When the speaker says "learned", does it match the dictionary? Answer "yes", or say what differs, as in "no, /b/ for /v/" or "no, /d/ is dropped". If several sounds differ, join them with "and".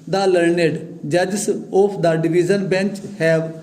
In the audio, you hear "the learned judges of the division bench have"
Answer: yes